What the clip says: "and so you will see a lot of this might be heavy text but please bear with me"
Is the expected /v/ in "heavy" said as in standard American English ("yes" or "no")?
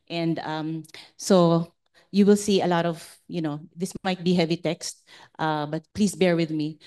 yes